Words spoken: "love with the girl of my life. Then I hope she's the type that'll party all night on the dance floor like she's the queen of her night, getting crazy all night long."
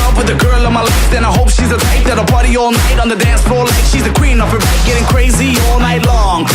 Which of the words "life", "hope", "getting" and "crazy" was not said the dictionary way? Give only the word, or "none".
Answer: none